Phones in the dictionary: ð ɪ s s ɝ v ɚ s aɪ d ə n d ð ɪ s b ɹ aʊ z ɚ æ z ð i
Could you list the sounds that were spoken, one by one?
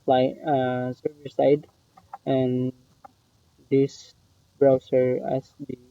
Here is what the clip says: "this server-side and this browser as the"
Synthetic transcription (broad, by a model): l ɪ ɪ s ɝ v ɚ s aɪ d ə n d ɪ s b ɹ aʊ s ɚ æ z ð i